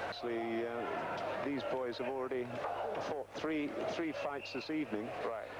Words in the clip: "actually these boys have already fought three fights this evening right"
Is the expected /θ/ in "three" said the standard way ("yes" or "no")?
yes